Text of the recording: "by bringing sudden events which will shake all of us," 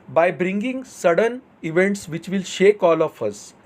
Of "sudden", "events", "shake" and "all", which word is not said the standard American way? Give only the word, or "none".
none